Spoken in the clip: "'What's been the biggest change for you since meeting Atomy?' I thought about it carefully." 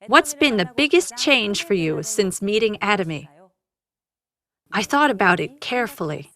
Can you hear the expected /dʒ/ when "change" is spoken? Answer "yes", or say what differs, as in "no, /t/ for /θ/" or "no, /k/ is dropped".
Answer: no, /ʒ/ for /dʒ/